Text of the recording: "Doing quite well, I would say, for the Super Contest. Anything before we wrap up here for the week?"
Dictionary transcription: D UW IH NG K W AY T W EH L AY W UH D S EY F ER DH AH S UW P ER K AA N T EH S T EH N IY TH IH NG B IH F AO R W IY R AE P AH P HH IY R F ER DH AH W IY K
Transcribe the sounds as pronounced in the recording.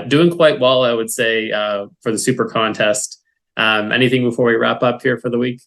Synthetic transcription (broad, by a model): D UW IH NG K W AY T W EH L AY W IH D S EY F ER DH AH S UW P ER K AA N T EH S T EH N IY TH IH NG B IH F AO R W IY R AE P AH P HH IY R F ER DH AH W IY K